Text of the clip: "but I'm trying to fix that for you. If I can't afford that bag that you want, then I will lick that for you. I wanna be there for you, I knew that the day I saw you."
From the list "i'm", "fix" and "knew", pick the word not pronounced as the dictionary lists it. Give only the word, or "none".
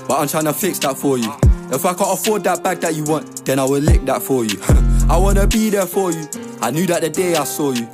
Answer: none